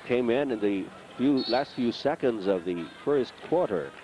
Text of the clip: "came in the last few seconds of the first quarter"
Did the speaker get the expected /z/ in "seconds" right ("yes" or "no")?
yes